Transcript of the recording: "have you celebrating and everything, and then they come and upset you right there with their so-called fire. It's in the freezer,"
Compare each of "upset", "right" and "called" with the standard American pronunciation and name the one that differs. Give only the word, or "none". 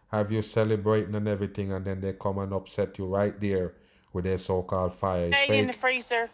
none